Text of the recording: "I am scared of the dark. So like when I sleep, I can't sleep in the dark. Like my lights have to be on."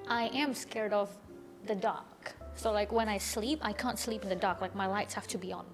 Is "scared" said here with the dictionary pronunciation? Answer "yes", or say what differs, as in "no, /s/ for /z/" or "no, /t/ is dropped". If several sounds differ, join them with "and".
yes